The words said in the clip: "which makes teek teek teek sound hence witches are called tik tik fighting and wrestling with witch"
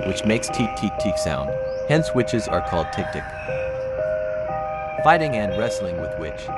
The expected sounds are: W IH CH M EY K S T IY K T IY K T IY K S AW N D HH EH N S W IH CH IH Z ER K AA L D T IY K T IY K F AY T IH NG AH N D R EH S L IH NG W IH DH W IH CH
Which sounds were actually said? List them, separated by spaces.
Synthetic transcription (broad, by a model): W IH CH M EY K S T IY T IY T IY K S AW N D HH EH N S W IH CH IH Z ER K AA L D T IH K T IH K F AY T IH NG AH N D R EH S L IH NG W IH DH W IH CH